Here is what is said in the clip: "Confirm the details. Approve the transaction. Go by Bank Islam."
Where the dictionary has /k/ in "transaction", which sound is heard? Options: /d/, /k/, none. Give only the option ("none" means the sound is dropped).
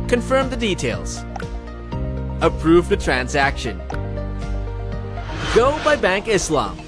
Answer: /k/